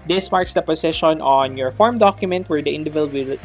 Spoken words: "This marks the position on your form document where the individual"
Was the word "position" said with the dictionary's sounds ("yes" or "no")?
no